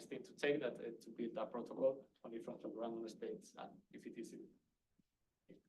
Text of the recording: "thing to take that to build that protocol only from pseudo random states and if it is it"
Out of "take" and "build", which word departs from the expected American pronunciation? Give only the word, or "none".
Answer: none